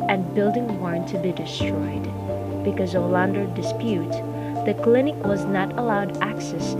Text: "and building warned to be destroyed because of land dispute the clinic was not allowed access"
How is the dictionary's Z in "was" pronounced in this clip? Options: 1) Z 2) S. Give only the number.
1